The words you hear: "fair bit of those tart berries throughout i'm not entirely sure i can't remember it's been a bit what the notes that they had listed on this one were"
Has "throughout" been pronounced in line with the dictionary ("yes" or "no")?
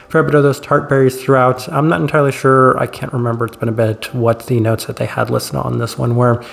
yes